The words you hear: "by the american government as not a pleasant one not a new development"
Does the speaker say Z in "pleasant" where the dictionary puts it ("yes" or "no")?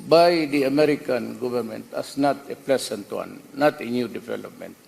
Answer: no